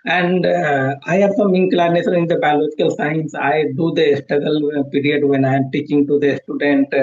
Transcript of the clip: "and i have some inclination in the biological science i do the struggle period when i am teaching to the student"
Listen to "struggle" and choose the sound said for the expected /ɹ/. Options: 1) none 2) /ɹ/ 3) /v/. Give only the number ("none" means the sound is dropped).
1